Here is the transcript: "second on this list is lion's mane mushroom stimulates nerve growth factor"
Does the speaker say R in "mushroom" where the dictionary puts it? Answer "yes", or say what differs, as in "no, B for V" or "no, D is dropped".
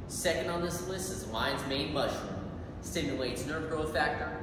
no, R is dropped